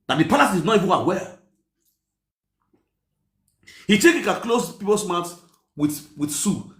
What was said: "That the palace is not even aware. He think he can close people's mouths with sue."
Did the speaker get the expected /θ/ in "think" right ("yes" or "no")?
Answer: no